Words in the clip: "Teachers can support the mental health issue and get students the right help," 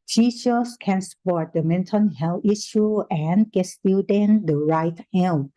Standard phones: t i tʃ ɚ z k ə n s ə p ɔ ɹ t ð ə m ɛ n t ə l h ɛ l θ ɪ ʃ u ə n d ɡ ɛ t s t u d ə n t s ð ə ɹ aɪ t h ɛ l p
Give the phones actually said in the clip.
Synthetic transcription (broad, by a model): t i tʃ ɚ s k ə n s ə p ɔ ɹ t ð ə m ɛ n t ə n h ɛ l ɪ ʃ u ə n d ɡ ɛ t s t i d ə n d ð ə ɹ aɪ t h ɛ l